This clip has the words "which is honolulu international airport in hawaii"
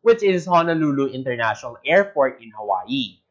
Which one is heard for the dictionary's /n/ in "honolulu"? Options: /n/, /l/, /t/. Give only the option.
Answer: /n/